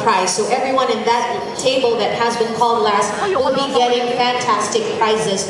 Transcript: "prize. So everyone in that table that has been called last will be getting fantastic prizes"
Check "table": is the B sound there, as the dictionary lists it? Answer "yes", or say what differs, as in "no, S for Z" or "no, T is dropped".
yes